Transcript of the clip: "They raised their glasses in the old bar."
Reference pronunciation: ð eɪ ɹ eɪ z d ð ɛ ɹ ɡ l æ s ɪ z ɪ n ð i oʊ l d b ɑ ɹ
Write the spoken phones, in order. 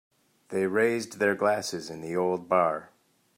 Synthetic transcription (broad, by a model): ð eɪ ɹ eɪ z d ð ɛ ɹ ɡ l æ s ɪ z ɪ n ð i oʊ l d b ɑ ɹ